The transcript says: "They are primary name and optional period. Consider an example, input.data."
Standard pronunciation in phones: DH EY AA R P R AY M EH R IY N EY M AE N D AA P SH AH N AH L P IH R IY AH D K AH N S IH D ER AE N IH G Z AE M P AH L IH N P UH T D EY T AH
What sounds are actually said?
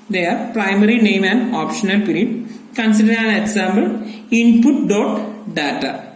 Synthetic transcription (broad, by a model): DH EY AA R P R AY M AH R IY N EY M AE N D AA P SH AH N AH L P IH R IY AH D K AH N S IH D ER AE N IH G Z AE M B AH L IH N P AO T D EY T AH